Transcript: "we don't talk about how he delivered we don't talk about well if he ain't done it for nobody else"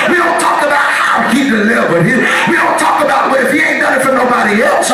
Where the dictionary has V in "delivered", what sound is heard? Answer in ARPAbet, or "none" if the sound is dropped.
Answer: W